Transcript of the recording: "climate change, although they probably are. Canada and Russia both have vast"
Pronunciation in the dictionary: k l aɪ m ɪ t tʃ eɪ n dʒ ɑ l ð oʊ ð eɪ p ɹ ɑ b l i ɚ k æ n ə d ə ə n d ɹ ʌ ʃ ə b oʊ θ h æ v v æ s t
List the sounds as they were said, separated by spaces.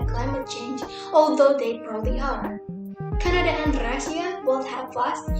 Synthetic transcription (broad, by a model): k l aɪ m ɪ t tʃ eɪ n dʒ ɑ l ð oʊ ð eɪ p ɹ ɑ l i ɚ k æ n ə d ə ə n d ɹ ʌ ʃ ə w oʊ t h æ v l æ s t